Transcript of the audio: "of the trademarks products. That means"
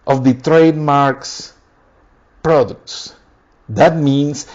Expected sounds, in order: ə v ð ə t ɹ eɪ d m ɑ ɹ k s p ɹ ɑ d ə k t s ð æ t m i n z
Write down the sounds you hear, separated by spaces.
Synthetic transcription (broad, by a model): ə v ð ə t ɹ eɪ d m ɑ ɹ k s p ɹ ɑ d ə k t s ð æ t m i n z